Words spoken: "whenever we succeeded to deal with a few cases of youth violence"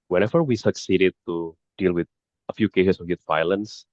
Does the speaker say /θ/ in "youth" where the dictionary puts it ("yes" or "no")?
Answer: no